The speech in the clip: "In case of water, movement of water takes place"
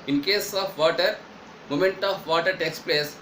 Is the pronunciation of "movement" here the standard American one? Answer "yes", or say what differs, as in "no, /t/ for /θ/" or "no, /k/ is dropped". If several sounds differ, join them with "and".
no, /v/ is dropped